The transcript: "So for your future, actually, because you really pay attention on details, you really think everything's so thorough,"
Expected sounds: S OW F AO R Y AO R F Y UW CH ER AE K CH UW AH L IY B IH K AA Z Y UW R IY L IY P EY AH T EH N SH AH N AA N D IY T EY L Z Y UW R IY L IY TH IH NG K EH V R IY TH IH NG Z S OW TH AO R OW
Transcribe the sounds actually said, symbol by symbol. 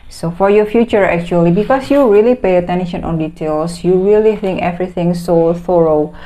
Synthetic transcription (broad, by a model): S OW F AO R Y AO F Y UW CH ER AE K CH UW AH L IY B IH K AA S Y UW R IY L IY P EY AH T EH N SH AH N AA N D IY T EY L S Y UW R IY L IY TH IH NG K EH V R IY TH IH NG S OW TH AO R OW